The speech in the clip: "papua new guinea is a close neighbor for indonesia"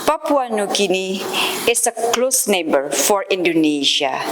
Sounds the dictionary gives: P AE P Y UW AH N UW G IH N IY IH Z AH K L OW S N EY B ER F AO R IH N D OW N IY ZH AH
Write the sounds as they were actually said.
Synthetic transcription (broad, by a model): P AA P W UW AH N UW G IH N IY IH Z AH K L OW S N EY B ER F AO R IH N D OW N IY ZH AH